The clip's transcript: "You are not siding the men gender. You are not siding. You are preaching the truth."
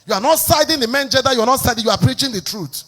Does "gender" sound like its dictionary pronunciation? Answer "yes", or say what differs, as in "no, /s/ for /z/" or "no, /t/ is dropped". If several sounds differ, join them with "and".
no, /n/ is dropped